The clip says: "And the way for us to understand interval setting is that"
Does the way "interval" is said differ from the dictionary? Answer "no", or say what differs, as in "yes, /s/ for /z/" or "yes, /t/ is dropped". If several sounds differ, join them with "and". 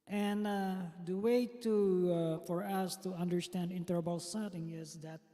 yes, /b/ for /v/